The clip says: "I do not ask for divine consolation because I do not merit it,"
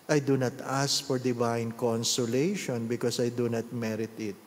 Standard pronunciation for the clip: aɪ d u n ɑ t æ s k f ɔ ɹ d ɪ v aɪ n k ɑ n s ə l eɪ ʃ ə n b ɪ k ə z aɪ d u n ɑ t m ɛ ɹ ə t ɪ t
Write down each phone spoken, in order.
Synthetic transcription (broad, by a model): aɪ d u n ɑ t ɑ s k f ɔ ɹ d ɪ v aɪ n k ɑ n s ə l eɪ ʃ ə n b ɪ k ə s aɪ d u n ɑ t m ɛ ɹ ə t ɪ t